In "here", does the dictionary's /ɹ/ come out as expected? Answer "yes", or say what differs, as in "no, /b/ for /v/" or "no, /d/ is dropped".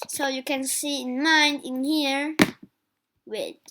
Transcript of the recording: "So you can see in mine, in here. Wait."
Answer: yes